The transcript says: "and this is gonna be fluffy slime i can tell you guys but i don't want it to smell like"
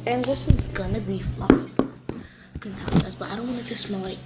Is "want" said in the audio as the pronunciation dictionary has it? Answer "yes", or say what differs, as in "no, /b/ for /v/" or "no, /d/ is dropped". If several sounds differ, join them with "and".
no, /t/ is dropped